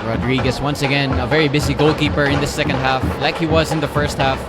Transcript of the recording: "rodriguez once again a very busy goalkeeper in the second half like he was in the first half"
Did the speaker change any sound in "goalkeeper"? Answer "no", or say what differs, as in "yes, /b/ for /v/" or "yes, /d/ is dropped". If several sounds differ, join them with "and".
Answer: no